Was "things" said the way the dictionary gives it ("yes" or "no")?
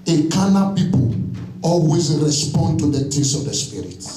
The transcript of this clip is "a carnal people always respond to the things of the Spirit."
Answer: no